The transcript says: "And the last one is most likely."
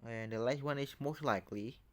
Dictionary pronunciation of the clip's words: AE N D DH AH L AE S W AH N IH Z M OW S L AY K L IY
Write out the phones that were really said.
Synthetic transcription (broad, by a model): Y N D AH L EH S W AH N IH S M OW S L AY K L IY